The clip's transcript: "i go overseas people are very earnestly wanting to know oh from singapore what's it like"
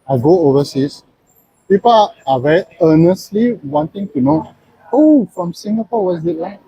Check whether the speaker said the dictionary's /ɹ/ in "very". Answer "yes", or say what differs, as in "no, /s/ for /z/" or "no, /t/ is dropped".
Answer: no, /ɹ/ is dropped